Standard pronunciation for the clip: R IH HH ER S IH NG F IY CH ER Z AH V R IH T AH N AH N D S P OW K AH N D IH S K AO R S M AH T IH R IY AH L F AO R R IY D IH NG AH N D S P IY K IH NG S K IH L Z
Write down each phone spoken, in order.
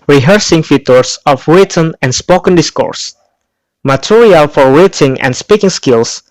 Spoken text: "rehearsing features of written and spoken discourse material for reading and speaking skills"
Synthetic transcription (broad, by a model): R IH HH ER S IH NG F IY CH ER S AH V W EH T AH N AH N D S P OW K AH N D IH S K AO R S M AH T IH R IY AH L F AO R W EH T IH NG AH N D S P IY K IH NG S K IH L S